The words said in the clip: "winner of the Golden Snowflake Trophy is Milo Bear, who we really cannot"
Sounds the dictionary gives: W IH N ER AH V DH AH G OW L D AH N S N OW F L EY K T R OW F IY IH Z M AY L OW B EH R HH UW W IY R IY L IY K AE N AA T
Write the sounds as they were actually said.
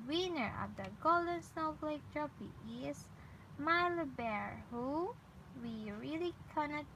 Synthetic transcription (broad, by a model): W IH N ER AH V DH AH G OW L D AH N S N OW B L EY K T R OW P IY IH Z M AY L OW B EH R HH UW W IY R IY L IY K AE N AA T